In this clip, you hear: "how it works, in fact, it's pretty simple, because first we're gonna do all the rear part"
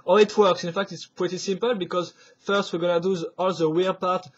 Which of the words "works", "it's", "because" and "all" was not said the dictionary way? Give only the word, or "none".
none